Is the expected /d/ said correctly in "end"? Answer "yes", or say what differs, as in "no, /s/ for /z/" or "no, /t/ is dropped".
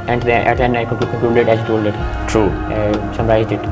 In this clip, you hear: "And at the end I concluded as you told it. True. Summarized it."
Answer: no, /d/ is dropped